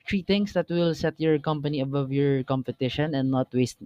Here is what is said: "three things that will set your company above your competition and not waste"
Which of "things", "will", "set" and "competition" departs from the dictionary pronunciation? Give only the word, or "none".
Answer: things